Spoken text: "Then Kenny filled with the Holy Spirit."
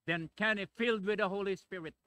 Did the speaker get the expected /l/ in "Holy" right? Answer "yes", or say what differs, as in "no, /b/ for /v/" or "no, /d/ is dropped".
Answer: yes